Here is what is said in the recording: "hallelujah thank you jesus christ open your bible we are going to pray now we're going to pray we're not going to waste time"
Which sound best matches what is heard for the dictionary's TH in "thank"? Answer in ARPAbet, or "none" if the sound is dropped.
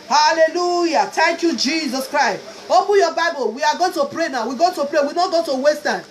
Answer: T